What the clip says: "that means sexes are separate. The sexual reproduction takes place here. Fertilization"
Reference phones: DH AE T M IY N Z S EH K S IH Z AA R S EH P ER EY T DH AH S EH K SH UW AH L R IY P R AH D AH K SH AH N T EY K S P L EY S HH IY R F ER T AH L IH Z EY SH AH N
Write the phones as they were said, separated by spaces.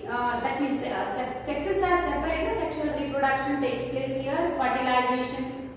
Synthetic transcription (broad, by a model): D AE T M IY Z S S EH K S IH S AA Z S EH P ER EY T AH S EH K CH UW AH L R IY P R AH D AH K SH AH N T EY S P L EY S HH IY R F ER T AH L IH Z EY SH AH N